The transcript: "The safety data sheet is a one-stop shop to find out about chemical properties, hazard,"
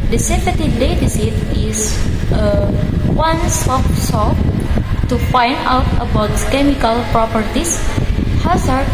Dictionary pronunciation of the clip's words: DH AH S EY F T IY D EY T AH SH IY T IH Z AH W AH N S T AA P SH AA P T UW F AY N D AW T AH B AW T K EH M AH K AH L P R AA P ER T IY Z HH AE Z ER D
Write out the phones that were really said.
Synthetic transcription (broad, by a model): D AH S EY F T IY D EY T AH S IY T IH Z AH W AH N S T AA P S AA T UW F AY N D AW T AH B AW T K EH M AH K AH L P R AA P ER T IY S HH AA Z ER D